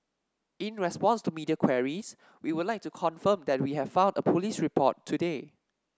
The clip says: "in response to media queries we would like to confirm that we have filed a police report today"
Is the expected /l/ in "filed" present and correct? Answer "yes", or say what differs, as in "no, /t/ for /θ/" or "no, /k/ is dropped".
no, /n/ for /l/